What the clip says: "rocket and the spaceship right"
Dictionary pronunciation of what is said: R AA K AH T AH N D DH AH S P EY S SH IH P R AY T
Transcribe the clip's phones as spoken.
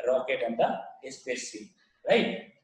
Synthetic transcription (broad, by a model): R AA K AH T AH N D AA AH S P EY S IH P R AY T